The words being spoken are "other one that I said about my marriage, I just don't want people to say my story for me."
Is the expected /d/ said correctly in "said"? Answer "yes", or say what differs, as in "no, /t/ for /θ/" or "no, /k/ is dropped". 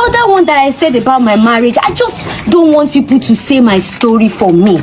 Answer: yes